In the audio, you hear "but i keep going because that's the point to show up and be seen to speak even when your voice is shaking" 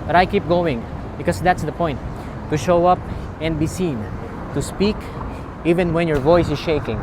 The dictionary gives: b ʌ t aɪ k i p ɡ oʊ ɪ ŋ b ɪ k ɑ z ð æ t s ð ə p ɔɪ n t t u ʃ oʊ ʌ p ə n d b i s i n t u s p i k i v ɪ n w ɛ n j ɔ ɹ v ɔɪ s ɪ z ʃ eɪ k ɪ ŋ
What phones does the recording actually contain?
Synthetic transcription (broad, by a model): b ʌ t aɪ k i p ɡ oʊ ɪ ŋ b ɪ k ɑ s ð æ t s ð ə p ɔɪ n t t u ʃ oʊ ʌ p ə n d b i s i n t u s p i k i v ɪ n w ɛ n j ɔ ɹ v ɔɪ s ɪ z ʃ eɪ k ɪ ŋ